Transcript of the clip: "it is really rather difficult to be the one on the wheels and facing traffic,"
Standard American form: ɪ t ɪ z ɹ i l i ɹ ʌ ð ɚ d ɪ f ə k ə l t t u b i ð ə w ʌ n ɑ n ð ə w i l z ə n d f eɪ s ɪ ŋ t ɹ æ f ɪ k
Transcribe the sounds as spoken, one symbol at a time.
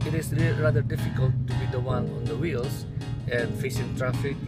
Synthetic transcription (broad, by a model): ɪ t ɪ s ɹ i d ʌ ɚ d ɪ f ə k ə l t t u b i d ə w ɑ n ɑ n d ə w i l s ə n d f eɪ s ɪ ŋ t ɹ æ f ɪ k